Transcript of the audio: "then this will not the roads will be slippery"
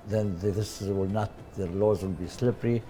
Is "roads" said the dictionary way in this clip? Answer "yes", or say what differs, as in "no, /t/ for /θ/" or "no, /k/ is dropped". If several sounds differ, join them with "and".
no, /l/ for /ɹ/